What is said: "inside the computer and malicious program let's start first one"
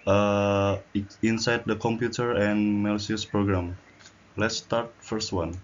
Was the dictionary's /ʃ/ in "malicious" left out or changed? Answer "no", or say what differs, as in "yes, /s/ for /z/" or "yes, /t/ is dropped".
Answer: yes, /ʃ/ is dropped